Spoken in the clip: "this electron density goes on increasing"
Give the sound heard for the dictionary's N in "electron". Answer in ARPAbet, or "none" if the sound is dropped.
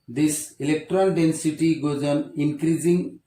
L